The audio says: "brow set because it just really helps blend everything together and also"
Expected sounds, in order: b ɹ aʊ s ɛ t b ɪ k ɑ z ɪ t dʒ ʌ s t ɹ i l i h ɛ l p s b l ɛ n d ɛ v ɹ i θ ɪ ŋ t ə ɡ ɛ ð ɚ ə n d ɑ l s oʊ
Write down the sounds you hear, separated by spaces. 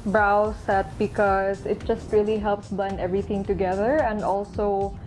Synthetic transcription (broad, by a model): b ɹ aʊ s ɛ t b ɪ k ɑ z ɪ t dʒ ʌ s t ɹ i l i h ɛ l p s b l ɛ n ɛ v ɹ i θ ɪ ŋ t ə ɡ ɛ ð ɚ ə n d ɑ l s oʊ